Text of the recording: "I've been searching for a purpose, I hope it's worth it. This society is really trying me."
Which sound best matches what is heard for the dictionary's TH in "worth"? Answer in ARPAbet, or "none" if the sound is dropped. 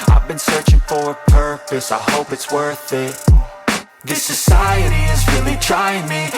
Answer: TH